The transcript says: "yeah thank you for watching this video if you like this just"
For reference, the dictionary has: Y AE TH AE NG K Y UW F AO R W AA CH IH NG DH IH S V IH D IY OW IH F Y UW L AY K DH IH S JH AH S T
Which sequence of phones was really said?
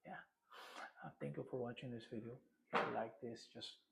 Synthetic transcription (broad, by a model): Y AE T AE NG K Y UW F AO R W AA CH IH NG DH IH S V IH D IY OW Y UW L AY K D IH S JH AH S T